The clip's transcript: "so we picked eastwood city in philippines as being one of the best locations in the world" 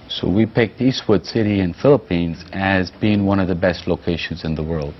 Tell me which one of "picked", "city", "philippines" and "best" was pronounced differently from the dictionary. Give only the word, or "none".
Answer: none